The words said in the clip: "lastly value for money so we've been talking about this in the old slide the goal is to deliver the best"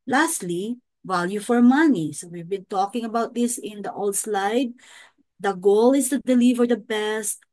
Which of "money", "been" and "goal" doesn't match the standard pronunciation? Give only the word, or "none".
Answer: none